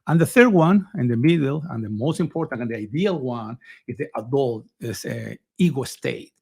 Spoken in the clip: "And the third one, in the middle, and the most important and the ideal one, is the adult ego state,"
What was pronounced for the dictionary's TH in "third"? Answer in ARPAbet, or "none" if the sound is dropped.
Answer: TH